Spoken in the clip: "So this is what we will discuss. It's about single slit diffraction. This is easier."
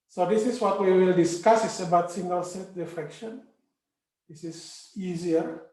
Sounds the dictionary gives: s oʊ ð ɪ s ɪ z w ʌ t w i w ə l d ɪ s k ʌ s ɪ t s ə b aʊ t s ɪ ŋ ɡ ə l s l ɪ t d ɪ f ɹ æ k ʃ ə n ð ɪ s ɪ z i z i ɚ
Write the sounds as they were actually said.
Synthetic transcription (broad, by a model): s oʊ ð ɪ s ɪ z w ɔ t w i w ə l d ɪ s k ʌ s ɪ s ə b aʊ t s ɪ ŋ ɡ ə l s ɛ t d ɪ f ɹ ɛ k ʃ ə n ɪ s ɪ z i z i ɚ